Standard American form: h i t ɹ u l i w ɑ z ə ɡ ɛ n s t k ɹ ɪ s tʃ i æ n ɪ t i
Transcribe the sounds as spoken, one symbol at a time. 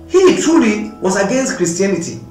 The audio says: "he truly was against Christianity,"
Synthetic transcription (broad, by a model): h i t u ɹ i w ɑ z ə ɡ ɛ n s t k ɹ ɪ s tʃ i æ n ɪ t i